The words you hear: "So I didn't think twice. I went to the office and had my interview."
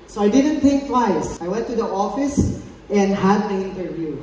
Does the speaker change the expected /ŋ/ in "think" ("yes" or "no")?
yes